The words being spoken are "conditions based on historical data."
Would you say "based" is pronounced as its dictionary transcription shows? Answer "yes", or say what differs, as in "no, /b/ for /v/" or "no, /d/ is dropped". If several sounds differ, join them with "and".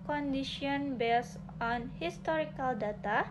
no, /t/ is dropped